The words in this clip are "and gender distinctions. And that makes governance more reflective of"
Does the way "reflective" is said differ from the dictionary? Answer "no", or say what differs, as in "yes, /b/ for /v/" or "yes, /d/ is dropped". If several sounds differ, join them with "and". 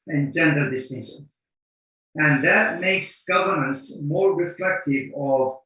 no